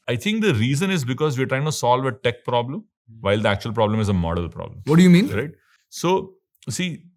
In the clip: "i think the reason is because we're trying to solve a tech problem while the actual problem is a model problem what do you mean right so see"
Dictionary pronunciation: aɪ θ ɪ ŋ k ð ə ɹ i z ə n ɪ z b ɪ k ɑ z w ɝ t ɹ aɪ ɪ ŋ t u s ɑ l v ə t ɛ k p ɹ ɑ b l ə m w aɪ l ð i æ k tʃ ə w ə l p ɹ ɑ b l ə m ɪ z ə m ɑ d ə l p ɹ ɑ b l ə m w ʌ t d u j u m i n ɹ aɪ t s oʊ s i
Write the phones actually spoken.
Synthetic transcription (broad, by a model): aɪ t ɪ ŋ k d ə ɹ i z ə n ɪ z b ɪ k ɑ z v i t ɹ aɪ ɪ ŋ t u s ɑ l v ə t ɛ k p ɹ ɑ b l ə m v aɪ l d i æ k tʃ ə ə l p ɹ ɑ b l ə m ɪ z ə m ɑ d ə l p ɹ ɑ b l ə m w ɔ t d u j u m i n ɹ aɪ t s oʊ s i